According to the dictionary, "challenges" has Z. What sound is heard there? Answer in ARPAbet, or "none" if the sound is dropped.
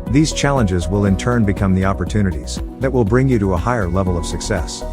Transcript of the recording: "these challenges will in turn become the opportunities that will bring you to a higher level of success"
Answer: Z